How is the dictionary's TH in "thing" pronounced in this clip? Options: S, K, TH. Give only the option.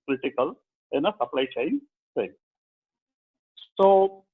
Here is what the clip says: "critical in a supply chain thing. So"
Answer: S